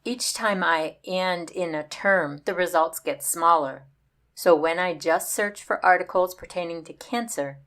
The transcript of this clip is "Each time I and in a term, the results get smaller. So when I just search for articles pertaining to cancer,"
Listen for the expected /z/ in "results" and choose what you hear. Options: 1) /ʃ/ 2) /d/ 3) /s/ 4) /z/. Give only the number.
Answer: 4